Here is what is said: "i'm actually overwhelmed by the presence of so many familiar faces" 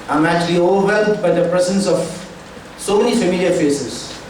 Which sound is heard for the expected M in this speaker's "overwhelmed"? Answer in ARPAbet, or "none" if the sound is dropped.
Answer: none